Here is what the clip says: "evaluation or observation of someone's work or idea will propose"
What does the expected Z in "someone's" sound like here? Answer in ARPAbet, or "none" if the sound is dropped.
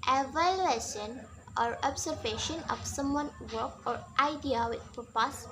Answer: none